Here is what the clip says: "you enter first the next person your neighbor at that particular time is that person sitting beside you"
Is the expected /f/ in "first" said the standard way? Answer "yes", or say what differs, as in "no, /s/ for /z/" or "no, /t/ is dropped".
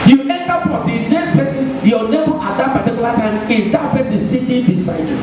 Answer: no, /p/ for /f/